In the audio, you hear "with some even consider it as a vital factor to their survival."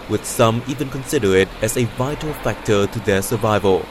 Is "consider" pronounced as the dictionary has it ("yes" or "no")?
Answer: yes